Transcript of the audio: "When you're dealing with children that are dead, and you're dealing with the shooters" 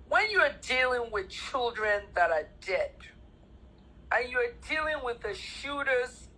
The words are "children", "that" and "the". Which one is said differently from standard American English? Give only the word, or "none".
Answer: none